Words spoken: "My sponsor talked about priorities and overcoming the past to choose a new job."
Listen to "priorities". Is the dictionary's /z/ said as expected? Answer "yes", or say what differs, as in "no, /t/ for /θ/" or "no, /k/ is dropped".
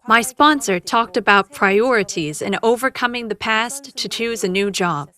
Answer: yes